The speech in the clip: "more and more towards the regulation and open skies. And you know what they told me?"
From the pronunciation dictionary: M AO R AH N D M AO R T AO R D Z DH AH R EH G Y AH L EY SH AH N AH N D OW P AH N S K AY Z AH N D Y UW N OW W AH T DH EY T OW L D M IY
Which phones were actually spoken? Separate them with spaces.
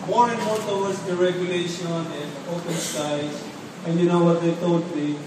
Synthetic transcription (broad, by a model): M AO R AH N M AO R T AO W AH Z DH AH R EH G Y AH L EY SH AH N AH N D OW P AH N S AY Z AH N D Y UW N OW W AH T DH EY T OW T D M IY